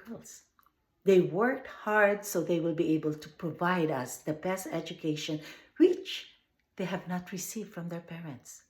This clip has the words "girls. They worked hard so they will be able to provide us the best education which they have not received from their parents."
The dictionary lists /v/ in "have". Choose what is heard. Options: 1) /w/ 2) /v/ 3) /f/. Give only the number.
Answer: 2